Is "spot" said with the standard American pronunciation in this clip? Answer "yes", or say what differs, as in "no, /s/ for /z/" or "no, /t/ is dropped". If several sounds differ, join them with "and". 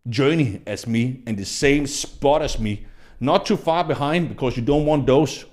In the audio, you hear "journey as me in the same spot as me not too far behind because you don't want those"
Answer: yes